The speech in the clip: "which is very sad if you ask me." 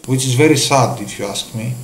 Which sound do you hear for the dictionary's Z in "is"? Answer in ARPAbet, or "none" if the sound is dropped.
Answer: Z